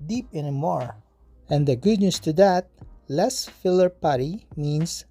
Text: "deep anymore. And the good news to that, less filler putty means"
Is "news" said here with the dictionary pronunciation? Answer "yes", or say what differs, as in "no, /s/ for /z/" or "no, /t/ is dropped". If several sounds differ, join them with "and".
no, /s/ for /z/